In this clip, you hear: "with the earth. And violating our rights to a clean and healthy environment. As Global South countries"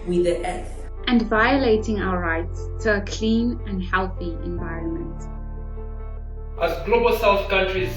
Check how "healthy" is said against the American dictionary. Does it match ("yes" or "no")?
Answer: yes